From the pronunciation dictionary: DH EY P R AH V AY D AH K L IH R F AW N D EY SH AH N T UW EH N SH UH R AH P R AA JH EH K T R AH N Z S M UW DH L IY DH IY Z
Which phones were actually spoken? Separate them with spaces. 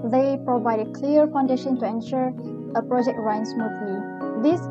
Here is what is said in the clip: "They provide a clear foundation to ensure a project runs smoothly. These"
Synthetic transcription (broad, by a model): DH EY P R AH V AY D AH K L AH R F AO N D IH SH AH N T UW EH N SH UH R AH P R AA JH EH K T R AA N S M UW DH L IY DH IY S